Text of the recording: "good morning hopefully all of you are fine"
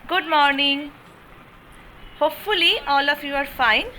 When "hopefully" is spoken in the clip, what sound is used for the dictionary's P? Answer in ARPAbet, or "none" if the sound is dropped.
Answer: P